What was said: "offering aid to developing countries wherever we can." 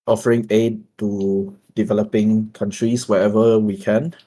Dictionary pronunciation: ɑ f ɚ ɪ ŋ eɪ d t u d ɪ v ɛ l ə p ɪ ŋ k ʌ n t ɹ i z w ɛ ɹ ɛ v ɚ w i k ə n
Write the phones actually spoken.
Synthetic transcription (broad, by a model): ɑ f ɚ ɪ ŋ eɪ d t u d ɪ v ɛ l ə p ɪ ŋ k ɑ n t ɹ i s w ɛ ɛ v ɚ w i k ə n